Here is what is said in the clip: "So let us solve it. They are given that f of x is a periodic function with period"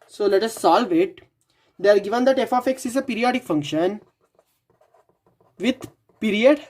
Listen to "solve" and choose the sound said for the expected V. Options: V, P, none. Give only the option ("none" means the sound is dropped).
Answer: V